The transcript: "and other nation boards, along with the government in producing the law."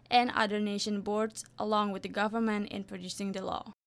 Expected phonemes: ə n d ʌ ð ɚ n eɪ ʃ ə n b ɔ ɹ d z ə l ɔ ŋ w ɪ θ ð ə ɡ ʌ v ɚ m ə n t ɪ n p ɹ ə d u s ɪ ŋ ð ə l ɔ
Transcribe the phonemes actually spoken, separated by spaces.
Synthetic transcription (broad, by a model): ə n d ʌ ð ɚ n eɪ ʃ ə n b ɔ ɹ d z ə l ɔ ŋ w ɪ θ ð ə ɡ ʌ v ɚ m ə n t ɪ n p ɹ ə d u s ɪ ŋ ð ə l ɔ